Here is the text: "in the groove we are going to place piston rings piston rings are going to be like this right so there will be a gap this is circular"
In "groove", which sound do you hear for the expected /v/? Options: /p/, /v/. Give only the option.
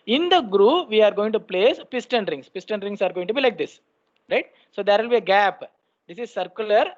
/v/